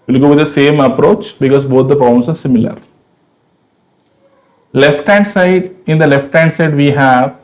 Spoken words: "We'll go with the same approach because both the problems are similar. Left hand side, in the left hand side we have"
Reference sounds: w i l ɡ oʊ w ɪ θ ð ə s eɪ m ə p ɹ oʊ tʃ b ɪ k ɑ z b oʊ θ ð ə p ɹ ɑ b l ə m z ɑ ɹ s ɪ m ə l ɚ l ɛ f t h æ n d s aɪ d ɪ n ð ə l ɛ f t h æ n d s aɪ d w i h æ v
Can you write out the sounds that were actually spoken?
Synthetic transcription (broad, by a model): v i l ɡ oʊ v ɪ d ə s eɪ m ə p ɹ oʊ tʃ b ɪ k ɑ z b oʊ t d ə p ɑ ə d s ɑ ɹ s ɪ m ə l ɚ l ɛ f t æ n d s aɪ d ɪ n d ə l ɛ f t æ n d s aɪ d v i h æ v